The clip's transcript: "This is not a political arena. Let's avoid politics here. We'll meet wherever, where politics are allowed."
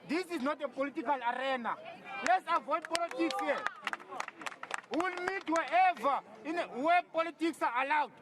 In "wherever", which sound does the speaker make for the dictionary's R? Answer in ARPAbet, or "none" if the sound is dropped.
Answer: none